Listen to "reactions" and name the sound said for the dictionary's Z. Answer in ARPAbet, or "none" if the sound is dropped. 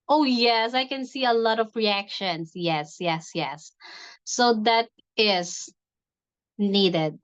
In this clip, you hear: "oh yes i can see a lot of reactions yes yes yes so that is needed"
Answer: S